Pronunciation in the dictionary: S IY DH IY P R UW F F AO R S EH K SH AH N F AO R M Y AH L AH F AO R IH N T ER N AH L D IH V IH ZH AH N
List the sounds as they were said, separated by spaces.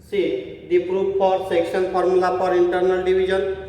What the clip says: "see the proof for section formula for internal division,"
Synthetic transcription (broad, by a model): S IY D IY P R UW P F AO R S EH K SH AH N P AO R M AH L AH P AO R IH N T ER N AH L D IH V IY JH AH N